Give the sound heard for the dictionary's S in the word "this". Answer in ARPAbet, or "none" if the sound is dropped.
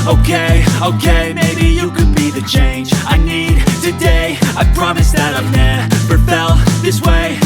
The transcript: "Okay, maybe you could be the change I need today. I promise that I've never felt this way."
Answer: S